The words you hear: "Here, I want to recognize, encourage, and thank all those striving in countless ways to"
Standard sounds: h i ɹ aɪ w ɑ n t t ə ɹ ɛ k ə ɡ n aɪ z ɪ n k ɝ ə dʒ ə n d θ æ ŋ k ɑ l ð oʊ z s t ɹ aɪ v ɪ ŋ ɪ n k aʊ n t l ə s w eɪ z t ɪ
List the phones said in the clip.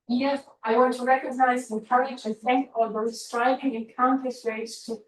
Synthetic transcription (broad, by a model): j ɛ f aɪ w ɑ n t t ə ɹ ɛ k ə ɡ n aɪ z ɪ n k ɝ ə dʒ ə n θ æ ŋ k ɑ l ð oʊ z s t ɹ aɪ v ɪ ŋ ɪ n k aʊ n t ə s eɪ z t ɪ